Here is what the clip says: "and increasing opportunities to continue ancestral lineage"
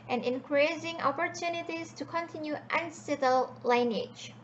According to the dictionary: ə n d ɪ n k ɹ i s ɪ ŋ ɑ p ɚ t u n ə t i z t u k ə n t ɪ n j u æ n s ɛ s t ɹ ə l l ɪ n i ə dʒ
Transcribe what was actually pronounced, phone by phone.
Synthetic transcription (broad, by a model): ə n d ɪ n k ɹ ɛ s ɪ ŋ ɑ p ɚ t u n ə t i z t u k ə n t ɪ n j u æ n s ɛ t ə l l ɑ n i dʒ